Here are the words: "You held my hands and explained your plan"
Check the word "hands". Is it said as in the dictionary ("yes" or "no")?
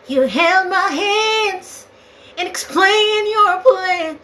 yes